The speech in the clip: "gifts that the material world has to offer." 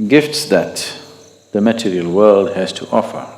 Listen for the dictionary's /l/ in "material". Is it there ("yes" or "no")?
yes